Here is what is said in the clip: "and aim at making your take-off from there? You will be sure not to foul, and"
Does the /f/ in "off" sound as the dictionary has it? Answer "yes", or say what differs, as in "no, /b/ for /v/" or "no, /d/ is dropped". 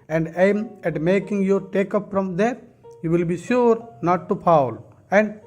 no, /p/ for /f/